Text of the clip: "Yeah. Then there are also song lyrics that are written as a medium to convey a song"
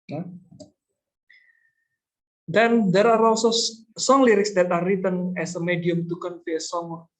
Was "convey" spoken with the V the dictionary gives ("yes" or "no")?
no